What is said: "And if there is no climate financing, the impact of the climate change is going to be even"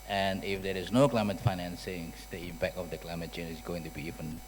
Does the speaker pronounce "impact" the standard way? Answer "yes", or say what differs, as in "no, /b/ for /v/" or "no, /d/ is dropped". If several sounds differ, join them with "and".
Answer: no, /t/ is dropped